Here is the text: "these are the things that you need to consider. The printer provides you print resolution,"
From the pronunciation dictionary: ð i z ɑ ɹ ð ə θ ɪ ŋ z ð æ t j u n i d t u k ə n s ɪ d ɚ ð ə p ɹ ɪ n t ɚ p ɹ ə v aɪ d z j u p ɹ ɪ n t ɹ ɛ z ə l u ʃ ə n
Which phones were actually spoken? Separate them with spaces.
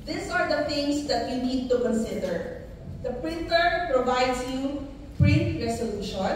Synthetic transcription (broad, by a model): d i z ɑ ɹ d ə t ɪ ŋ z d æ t j u n i d t u k ə n s ɪ d ɚ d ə p ɹ ɪ n t ɚ p ɹ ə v aɪ d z j u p ɹ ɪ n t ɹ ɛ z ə l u ʃ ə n